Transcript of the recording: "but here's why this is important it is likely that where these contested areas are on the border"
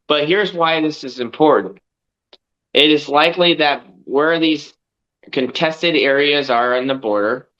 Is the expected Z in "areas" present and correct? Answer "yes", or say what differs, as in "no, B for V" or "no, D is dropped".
yes